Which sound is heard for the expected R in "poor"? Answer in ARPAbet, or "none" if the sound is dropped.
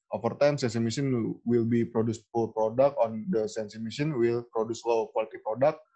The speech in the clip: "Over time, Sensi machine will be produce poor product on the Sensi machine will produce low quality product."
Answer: L